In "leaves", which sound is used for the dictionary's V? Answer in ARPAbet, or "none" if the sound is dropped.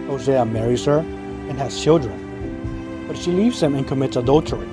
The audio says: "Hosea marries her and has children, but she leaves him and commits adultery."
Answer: V